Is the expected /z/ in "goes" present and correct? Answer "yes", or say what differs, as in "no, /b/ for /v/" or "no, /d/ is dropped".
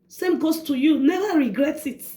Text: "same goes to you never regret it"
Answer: no, /s/ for /z/